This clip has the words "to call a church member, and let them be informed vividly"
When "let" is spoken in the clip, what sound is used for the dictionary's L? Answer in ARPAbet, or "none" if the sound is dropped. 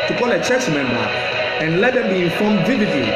L